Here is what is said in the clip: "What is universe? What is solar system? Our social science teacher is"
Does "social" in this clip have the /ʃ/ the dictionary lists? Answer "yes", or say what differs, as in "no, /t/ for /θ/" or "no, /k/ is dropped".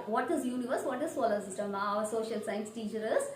yes